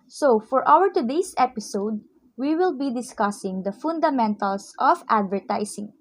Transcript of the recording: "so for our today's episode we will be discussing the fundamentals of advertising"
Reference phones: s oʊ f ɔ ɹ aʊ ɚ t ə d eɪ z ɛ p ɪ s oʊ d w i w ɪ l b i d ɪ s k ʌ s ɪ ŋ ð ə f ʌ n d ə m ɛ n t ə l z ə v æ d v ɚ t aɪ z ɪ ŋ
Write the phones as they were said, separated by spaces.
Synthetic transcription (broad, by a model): s oʊ f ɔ ɹ aʊ ɚ t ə d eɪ s ɛ p ɪ s oʊ d w i w ɪ l b i d ɪ s k ʌ s ɪ ŋ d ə f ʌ n d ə m ɛ n t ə l s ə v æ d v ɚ t aɪ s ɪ ŋ